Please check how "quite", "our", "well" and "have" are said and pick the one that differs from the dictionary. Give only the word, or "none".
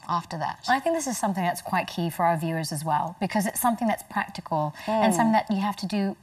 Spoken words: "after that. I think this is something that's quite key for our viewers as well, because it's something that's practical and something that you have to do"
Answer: have